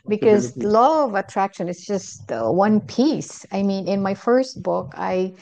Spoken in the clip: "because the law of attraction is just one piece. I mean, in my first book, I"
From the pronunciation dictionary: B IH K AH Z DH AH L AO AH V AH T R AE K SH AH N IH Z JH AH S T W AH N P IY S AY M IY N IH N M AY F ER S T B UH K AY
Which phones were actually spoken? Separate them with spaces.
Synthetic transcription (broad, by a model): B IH K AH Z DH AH L AO AH V AH T R AE K SH AH N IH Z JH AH S T W AH N P IY S AY M IY N IH N M AY F ER S T B UH K AY